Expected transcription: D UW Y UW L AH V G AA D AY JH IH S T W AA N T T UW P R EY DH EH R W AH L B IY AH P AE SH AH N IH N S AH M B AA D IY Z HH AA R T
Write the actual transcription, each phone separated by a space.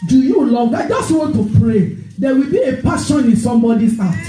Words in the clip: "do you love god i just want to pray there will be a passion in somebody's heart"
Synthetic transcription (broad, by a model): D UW Y UW L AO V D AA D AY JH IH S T W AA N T T UW P R EY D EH W AH L B IY AH P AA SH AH N IH N S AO M B AA D IY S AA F